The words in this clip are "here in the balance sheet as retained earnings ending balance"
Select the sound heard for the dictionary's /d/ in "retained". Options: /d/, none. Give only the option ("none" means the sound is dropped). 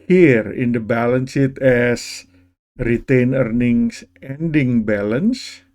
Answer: none